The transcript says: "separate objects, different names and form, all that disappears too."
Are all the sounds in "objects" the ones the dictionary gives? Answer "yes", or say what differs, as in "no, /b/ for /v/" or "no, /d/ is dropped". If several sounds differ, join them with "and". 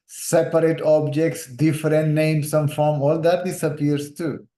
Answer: yes